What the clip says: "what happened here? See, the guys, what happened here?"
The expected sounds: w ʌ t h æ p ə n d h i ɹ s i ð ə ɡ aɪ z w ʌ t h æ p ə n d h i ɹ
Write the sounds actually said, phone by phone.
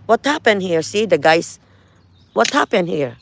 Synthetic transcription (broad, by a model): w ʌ t h æ p ə n d h i ɹ s i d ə ɡ aɪ s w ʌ t h æ p ə n d h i ɹ